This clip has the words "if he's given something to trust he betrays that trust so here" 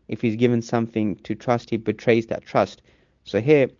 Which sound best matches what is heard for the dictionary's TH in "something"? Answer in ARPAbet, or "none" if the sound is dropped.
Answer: TH